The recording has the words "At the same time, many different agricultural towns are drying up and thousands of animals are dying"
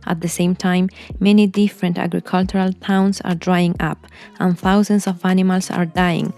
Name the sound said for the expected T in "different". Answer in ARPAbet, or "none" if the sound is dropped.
T